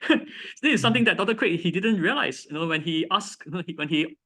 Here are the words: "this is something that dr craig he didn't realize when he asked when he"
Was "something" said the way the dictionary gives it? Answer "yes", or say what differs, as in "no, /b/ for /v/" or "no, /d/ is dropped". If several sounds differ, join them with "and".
no, /t/ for /θ/